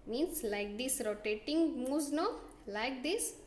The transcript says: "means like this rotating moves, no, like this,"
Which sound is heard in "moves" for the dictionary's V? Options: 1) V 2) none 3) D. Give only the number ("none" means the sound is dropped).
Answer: 2